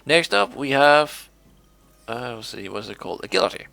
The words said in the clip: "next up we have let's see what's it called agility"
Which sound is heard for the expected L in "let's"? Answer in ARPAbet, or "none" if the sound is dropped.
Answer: W